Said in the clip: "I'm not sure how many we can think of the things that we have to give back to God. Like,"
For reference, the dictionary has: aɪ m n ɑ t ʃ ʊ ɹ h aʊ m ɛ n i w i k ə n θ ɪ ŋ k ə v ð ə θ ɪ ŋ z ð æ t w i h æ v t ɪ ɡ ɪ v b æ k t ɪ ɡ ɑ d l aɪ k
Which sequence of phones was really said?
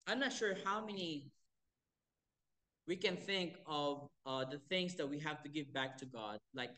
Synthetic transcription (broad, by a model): aɪ m n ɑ t ʃ ʊ ɹ h aʊ m ɛ n i w i k ə n θ ɪ ŋ k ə v ð ə θ ɪ ŋ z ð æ t w i h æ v t ɪ ɡ ɪ v b æ k t ɪ ɡ ɑ d l aɪ k